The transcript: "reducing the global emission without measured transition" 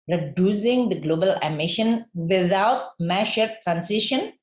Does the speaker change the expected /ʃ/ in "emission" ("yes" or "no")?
no